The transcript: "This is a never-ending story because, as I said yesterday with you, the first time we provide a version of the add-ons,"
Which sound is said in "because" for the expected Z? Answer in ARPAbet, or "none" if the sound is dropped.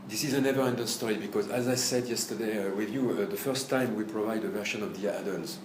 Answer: Z